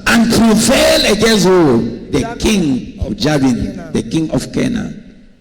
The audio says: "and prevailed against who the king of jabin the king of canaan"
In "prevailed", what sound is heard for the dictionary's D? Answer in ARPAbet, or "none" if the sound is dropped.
none